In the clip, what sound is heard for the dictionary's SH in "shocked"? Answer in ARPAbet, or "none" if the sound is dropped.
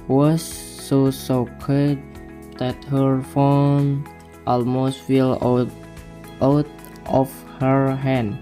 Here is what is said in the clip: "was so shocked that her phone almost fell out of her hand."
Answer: S